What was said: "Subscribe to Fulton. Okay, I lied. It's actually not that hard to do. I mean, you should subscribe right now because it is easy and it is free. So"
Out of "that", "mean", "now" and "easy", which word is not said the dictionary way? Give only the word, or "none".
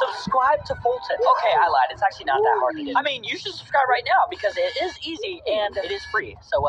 none